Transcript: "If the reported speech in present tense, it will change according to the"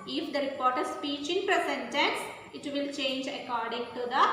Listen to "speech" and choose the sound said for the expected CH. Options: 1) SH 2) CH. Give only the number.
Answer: 2